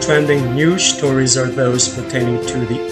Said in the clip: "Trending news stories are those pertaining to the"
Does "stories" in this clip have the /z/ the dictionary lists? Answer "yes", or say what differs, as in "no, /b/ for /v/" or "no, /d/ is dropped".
yes